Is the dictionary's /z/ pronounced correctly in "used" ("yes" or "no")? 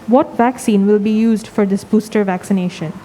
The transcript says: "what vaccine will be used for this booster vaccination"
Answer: yes